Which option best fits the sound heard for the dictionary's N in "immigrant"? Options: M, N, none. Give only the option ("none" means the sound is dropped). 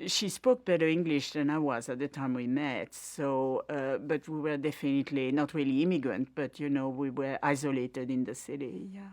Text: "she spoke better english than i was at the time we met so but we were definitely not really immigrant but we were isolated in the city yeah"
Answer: N